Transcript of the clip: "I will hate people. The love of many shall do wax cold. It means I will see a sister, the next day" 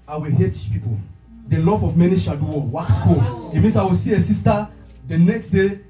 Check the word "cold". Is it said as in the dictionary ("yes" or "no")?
no